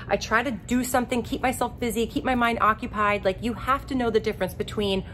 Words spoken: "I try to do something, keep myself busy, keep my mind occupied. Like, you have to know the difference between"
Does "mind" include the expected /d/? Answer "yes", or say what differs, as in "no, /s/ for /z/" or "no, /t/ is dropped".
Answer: yes